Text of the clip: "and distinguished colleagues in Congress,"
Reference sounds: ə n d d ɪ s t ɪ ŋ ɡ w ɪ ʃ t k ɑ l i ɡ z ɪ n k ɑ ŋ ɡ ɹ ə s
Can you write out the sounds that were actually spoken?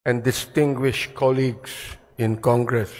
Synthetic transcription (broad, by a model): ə n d d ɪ s t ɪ ŋ ɡ w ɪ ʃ k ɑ l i ɡ s ɪ n k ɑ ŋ ɡ ɹ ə s